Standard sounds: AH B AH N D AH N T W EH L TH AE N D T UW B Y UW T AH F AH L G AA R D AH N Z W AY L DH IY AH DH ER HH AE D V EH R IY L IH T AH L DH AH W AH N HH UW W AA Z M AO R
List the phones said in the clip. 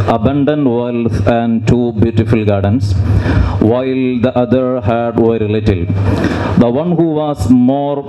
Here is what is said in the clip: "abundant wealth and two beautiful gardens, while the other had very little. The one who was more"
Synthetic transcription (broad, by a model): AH B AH N D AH N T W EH L F AE N D T UW B Y UW T AH F AH L G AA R D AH N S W AY L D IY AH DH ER HH AE D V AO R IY L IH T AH L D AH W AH N HH UW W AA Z M AO R